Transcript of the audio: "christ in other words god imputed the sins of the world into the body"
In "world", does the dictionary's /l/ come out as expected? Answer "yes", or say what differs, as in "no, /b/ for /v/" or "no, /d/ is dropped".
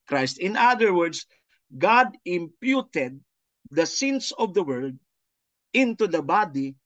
yes